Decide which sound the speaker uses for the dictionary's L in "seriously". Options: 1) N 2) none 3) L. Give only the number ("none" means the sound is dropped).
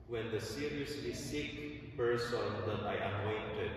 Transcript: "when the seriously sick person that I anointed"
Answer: 2